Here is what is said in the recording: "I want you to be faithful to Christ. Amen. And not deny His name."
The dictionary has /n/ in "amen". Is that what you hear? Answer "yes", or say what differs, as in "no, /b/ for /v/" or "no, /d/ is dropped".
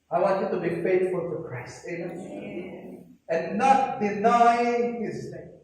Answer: no, /n/ is dropped